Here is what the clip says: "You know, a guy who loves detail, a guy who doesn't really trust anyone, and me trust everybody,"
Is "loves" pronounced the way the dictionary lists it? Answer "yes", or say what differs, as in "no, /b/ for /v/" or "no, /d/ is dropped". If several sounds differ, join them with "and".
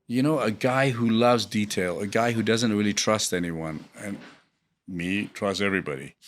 yes